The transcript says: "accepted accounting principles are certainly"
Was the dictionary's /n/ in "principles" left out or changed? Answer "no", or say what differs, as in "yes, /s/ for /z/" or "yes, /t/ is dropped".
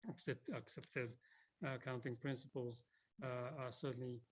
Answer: no